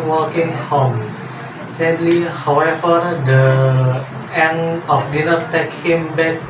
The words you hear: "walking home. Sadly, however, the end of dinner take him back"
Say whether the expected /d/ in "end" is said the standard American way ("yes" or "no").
no